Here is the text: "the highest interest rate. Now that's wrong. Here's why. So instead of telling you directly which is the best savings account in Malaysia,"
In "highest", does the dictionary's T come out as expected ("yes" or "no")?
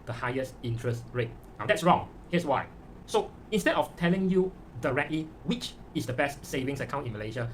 yes